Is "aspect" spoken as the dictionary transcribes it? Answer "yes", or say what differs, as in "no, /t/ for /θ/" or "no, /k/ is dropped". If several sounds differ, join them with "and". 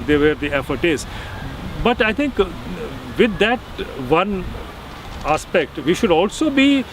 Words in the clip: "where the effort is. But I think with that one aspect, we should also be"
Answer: yes